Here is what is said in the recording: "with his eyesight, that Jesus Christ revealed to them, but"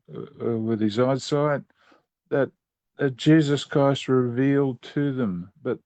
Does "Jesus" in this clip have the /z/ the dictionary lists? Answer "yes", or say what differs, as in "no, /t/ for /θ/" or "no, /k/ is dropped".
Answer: yes